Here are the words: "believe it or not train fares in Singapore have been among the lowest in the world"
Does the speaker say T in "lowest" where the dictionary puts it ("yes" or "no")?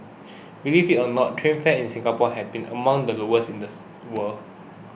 no